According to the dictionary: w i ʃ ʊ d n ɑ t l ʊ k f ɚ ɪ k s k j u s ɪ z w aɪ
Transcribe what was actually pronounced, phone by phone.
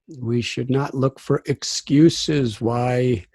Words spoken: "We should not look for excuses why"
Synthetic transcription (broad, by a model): w i ʃ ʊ d n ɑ t l ʊ k f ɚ ɪ k s k j u s ɪ z w aɪ